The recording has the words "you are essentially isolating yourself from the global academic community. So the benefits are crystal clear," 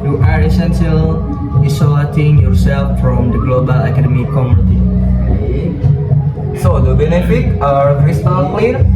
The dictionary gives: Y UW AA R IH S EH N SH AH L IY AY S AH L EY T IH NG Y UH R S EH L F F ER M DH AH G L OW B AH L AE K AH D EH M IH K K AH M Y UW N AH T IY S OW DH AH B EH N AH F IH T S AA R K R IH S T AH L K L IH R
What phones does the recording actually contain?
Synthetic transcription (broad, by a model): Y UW AA R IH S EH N S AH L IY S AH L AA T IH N Y UH R S EH L F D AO M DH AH G L OW B AH L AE K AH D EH M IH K K AH M Y UW N AH T IY S OW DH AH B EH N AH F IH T AA R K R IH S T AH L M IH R